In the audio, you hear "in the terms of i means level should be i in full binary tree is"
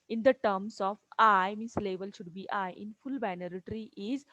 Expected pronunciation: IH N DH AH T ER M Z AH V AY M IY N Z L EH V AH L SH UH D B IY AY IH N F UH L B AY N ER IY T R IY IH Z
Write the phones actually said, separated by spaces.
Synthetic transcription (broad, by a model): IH N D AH T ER M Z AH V AY M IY N S L EH V AH L SH UH D B IY AY IH N F UH L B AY N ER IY T R IY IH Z